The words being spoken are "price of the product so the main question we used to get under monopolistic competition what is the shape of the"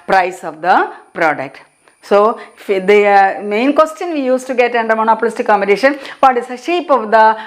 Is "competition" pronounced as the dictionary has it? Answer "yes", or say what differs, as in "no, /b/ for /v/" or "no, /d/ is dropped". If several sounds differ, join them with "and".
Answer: no, /b/ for /p/